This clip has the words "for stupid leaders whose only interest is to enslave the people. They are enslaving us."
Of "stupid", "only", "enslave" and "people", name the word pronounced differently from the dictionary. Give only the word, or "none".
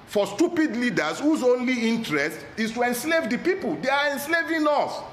none